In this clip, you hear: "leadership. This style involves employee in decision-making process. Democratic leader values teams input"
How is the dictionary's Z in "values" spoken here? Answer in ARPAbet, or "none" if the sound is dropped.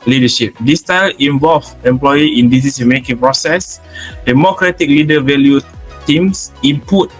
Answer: none